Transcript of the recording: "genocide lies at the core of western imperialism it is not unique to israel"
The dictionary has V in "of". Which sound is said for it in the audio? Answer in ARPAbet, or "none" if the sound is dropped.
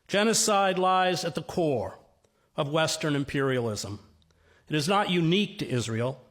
V